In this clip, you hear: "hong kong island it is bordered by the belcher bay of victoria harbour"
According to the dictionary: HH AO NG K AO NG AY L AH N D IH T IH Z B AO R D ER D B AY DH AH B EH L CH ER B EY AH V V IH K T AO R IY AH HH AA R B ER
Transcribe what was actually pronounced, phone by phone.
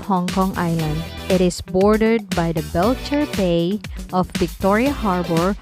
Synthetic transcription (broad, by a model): HH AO NG K AO NG AY L AH N D IH T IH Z B AO R D ER D B AY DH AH B EH L CH ER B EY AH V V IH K T AO R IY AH HH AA R B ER